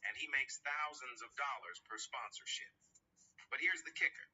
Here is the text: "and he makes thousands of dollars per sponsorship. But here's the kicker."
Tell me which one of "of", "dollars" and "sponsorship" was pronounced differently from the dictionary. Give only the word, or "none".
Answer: none